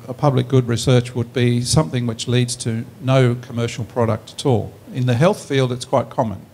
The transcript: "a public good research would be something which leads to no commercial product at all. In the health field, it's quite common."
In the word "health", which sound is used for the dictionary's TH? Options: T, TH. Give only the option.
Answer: TH